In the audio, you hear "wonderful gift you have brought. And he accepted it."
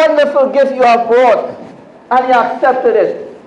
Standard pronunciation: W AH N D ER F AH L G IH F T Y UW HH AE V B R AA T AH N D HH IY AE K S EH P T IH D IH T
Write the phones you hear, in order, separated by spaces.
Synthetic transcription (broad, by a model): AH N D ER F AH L G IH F Y UW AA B AA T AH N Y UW AE K S EH P T IH D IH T